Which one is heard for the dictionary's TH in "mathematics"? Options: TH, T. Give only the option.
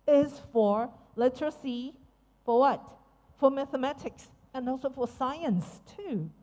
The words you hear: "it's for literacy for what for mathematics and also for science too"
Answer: TH